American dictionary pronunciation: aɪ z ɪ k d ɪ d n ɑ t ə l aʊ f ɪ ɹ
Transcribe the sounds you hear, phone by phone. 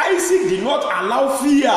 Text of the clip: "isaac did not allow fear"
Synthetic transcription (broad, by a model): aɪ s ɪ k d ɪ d n ɑ t ə l aʊ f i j